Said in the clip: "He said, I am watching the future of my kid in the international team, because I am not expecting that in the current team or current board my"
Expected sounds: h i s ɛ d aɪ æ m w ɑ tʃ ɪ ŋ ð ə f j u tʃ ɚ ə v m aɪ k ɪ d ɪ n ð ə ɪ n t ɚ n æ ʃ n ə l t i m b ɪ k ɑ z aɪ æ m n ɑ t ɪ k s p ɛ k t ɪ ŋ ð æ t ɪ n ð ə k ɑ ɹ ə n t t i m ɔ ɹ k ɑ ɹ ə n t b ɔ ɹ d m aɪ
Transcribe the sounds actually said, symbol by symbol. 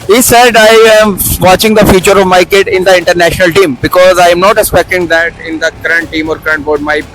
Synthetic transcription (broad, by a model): h i s ɛ d aɪ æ m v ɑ tʃ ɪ ŋ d ə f j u tʃ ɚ ə v m aɪ k ɪ d ɪ n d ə ɪ n t ɚ n æ ʃ n ə l t i m b ɪ k ɑ z aɪ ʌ m n ɑ t ɪ k s p ɛ k t ɪ ŋ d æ t ɪ n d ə k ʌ ɹ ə n t t i m ɔ ɹ k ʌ ɹ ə n t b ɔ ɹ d m aɪ